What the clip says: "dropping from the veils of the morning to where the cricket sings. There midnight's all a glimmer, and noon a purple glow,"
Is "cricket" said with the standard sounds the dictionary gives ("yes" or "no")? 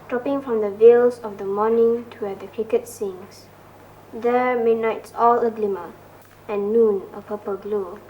no